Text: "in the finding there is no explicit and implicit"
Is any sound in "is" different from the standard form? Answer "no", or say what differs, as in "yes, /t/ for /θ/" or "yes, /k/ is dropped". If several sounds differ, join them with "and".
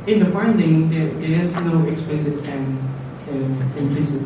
yes, /s/ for /z/